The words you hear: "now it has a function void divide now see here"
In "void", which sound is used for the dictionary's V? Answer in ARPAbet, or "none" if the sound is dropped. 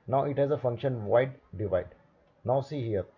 W